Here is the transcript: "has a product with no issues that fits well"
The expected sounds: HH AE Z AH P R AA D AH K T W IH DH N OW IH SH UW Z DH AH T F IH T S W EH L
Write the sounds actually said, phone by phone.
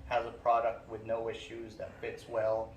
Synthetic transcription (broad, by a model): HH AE Z AH P R AA D AH K T W IH DH N OW IH SH UW Z DH AH T F IH T S W EH L